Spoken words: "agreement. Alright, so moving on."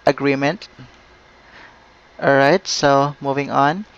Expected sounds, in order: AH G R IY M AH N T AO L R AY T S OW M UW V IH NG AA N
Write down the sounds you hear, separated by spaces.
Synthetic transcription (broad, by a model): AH G R IY M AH N T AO R AY T S OW M UW V IH NG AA N